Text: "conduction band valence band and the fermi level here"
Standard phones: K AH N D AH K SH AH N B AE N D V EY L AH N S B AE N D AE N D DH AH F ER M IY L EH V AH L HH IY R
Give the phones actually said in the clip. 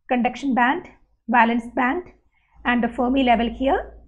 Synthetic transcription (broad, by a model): K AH N D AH K SH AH N B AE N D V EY L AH N S B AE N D AE N D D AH F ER M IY L EH V AH L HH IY R